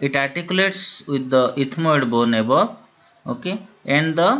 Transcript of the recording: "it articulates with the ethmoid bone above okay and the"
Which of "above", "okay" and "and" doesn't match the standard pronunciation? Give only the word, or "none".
above